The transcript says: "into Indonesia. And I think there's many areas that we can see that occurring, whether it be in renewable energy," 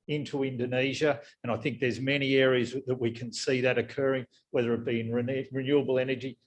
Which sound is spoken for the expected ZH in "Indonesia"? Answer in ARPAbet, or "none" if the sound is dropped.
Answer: ZH